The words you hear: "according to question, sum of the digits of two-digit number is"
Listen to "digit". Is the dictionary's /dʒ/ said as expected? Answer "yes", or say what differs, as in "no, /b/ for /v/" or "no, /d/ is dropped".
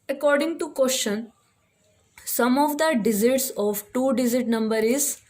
no, /z/ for /dʒ/